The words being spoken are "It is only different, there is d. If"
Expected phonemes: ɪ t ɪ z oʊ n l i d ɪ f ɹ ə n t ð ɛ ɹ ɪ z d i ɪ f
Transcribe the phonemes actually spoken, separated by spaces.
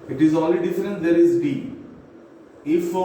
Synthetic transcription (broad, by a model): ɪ t ɪ z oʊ l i d ɪ f ɹ ə n t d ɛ ɹ ɪ z d i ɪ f